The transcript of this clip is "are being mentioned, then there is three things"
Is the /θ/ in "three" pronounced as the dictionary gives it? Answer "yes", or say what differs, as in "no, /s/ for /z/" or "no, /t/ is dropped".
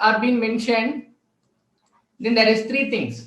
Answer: no, /t/ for /θ/